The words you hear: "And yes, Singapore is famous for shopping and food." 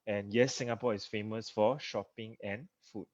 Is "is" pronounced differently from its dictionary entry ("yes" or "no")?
yes